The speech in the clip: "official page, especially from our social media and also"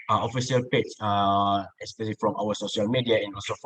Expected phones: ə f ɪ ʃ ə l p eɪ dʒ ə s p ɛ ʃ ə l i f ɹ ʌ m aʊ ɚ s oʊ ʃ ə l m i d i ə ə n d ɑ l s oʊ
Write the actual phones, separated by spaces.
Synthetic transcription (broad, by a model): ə f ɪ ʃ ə l p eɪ tʃ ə s p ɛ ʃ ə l i f ɹ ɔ m aʊ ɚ s oʊ ʃ ə l m i d i ə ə n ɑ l s oʊ